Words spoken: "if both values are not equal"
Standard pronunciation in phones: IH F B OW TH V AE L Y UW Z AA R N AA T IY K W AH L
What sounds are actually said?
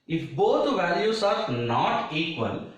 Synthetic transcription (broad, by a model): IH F B OW T V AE L Y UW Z AA R N AA T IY K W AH L